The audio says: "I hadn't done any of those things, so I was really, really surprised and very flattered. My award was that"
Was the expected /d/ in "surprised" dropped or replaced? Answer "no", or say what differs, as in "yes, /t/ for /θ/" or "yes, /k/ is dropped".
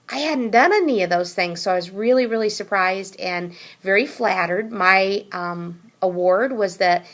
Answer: no